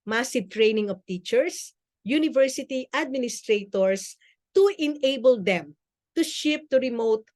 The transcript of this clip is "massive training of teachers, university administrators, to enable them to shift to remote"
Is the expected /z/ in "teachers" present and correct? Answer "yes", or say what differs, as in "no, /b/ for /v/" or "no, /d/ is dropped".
no, /s/ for /z/